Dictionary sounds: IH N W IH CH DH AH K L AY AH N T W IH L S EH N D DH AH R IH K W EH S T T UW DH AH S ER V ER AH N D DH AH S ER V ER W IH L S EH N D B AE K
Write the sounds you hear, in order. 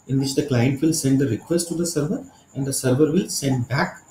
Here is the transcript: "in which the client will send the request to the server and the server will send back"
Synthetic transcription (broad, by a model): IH N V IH CH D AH K L AY AH N T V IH L S EH N D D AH R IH K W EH S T T UW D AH S ER V ER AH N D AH S ER V ER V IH L S EH N D B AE K